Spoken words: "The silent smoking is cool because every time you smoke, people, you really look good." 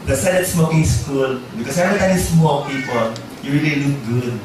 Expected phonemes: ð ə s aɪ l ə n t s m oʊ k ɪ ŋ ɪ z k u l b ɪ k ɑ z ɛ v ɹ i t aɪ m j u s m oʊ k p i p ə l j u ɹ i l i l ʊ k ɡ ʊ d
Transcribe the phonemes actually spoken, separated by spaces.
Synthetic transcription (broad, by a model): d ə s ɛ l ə t s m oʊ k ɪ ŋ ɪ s k u l b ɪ k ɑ s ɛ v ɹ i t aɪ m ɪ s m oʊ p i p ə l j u ɹ i l i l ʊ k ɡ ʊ d